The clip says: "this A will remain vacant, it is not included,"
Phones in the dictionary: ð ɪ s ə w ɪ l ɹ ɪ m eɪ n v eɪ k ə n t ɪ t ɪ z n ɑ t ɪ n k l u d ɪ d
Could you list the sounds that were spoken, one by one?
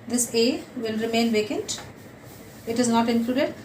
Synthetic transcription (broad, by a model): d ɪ s ə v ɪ l ɹ ɪ m eɪ n v eɪ k ə n t ɪ t ɪ z n ɑ t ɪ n k l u d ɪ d